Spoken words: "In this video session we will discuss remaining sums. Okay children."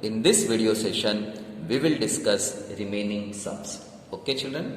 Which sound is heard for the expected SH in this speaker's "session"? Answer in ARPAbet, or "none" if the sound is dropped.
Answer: SH